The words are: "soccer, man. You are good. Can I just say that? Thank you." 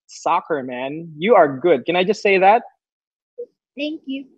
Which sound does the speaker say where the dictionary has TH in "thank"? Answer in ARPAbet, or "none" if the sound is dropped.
T